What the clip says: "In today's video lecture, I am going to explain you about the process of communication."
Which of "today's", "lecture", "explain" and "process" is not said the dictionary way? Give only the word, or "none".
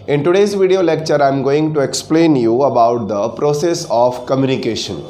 none